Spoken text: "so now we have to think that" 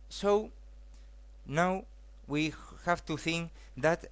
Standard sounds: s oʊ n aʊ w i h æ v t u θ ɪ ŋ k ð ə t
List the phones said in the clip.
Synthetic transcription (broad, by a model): s oʊ n aʊ w i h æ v t u θ ɪ ŋ k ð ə t